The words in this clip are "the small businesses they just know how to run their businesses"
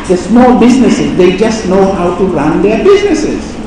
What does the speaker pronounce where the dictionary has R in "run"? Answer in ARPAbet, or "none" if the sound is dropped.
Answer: R